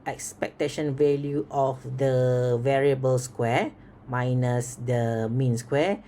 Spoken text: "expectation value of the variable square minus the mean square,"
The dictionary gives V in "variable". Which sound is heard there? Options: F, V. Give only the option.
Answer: V